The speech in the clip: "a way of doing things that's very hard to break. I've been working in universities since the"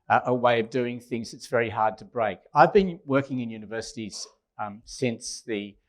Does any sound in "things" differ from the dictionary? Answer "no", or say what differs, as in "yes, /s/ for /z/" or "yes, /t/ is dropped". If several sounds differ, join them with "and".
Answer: no